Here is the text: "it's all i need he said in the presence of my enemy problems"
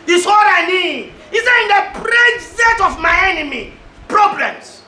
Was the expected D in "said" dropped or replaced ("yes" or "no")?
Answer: yes